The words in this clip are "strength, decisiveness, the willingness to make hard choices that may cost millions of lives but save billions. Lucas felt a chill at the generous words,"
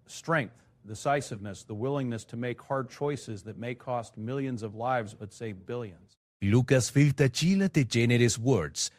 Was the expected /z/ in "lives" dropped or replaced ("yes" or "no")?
no